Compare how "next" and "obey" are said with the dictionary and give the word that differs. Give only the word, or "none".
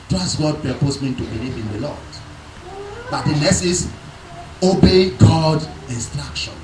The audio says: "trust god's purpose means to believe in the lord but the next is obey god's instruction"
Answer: next